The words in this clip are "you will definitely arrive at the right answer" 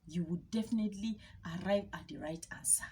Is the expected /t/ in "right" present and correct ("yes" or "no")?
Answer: yes